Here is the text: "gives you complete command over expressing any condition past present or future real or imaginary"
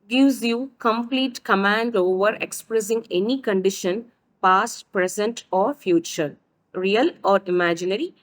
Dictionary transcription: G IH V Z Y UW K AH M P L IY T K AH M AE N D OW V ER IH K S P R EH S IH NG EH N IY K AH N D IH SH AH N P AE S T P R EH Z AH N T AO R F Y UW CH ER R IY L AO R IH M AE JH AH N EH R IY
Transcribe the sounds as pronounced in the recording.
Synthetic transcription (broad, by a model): G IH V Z Y UW K AH M P L IY T K AH M AE N D OW V ER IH K S P R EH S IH NG EH N IY K AH N D IH SH AH N P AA S T P R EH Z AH N T AO R F Y UW CH ER R IY L AO R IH M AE JH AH N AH R IY